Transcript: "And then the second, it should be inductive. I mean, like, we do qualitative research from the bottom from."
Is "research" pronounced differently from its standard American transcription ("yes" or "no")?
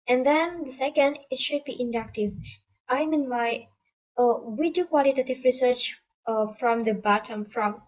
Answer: no